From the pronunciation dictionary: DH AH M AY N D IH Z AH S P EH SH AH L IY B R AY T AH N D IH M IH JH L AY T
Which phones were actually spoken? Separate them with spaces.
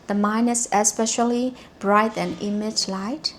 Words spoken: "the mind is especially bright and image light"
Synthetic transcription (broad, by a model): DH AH M AY N IH S AH S P EH SH AH L IY B R AY T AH N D IH M IH JH L AY T